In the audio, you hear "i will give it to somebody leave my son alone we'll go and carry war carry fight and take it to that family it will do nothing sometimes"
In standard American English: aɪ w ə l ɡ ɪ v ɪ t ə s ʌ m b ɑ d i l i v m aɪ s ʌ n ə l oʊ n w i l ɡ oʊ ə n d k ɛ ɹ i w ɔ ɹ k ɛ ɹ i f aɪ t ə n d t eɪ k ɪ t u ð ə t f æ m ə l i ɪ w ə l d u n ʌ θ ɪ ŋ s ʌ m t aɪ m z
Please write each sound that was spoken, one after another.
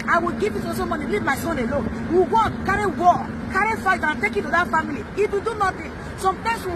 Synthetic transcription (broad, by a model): aɪ w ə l ɡ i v ɪ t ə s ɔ m ɑ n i l i v m aɪ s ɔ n ə l oʊ n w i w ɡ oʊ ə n k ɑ ɹ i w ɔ k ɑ ɹ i f aɪ t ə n t eɪ k ɪ t u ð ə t f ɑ m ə l i ɪ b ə d u n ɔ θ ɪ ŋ s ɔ m t aɪ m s